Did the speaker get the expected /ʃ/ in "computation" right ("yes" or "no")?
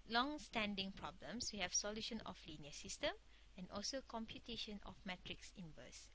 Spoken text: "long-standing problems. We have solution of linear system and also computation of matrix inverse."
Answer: yes